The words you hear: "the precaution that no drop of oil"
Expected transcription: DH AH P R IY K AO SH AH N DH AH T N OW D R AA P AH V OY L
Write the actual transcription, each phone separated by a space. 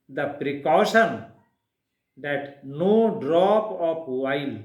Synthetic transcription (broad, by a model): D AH P R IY K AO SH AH N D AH T N OW D R AA P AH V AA L